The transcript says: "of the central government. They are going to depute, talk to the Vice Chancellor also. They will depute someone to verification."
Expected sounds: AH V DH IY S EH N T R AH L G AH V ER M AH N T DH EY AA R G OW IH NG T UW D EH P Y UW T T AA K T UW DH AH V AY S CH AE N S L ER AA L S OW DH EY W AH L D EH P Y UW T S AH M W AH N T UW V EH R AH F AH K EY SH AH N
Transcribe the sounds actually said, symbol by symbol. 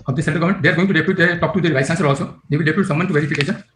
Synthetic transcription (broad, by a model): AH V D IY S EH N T AH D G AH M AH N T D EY AA R G OW IH NG T UW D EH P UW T T AA K T UW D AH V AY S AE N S ER AA L S OW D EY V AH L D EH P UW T S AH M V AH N T UW V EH R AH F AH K EY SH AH N